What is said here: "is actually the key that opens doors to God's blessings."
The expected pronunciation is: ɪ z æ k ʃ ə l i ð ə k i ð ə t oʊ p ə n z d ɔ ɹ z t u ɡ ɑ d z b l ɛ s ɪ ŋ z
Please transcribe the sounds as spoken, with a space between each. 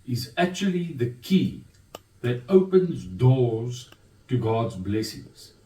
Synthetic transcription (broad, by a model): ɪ z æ k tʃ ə l i ð ə k i ð ə t oʊ p ə n z d ɔ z t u ɡ ɑ d z b l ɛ s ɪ ŋ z